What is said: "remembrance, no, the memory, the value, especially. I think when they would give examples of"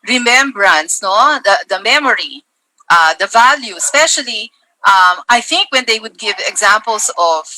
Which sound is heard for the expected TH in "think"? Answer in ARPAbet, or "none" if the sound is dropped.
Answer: TH